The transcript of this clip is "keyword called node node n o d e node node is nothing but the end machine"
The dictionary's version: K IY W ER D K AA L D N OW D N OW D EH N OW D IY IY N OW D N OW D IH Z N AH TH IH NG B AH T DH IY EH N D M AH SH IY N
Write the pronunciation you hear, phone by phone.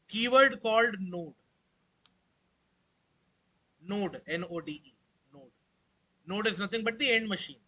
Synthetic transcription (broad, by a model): K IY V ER D K AA L D N OW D N OW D EH N OW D IY IY N OW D N OW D IH Z N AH T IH NG B AH T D IY EH N D M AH SH IY N